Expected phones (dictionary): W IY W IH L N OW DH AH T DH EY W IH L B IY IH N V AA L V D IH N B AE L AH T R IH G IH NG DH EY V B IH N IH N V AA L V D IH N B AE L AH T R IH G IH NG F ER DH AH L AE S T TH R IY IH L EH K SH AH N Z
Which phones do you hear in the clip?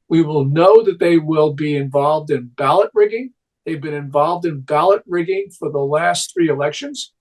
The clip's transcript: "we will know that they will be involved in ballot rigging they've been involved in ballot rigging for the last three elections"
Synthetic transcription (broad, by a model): W IY W IH L N OW DH AH T DH EY W IH L B IY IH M V AA L V D IH N B AE L AH T R IH G IH NG DH EY V B IH N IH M V AA L V D IH N B AE L AH T R IH G IH NG F ER DH AH L AE S T TH R IY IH L EH K SH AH N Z